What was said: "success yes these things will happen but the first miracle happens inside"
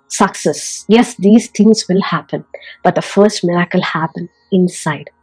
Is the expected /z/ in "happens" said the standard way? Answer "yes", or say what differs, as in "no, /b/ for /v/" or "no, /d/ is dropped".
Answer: no, /z/ is dropped